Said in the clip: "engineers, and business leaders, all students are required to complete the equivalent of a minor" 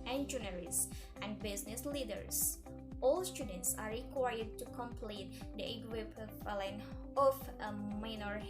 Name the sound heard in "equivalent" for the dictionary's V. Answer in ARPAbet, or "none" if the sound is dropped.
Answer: P